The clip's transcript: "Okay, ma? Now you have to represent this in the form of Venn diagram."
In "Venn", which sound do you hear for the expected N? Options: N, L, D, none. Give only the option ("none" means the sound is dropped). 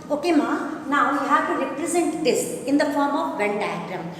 L